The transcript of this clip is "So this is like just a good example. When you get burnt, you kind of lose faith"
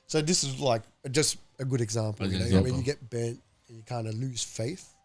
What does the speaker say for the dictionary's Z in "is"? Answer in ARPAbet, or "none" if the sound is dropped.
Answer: Z